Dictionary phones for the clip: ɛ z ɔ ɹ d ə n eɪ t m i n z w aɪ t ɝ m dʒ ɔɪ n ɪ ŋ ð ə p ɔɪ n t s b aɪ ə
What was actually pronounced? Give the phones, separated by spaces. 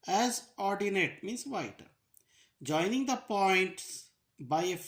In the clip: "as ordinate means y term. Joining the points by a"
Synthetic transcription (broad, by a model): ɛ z ɔ ɹ d ə n eɪ t m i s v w aɪ t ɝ dʒ ɔɪ n ɪ ŋ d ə p ɔɪ n t s b aɪ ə